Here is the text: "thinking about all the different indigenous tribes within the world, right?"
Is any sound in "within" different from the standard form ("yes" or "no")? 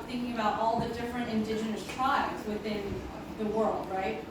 no